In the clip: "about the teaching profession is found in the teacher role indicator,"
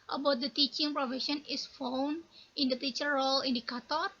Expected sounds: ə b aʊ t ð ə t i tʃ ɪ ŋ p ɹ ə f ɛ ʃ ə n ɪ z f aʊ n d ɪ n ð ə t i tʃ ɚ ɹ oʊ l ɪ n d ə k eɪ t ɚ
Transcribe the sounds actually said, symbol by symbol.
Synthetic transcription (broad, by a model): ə b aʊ t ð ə t i tʃ ɪ ŋ p ɹ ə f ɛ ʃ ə n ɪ s f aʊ n ɪ n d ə t i tʃ ɚ ɹ oʊ l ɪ n d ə k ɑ t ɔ